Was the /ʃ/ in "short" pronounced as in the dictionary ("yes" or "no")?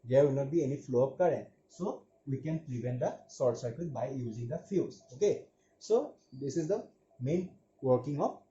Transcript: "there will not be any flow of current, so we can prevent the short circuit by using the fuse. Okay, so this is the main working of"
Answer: no